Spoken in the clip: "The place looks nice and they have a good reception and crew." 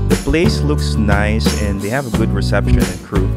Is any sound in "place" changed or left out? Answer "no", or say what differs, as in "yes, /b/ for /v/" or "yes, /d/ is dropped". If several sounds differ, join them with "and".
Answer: yes, /b/ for /p/